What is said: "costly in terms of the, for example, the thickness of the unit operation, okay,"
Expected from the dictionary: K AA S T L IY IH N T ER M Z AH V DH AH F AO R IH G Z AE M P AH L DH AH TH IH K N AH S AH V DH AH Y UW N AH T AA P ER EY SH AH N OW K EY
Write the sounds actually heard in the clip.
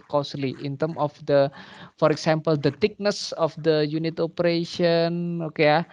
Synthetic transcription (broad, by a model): K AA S L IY IH N T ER M AH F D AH F AO R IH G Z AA M P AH L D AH T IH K N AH S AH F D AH Y UW N AH T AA P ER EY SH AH N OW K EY